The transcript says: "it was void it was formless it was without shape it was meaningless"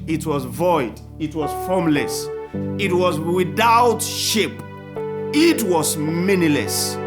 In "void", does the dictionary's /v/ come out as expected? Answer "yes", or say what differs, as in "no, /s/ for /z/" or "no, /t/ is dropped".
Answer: yes